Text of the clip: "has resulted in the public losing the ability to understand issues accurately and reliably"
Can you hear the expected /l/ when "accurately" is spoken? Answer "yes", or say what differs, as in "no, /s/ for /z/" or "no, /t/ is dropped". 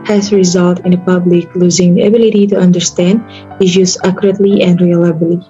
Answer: yes